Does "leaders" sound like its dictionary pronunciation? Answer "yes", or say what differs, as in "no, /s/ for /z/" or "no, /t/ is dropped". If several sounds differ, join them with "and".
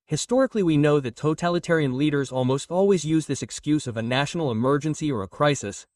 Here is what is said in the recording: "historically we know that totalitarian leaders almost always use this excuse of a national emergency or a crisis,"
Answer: yes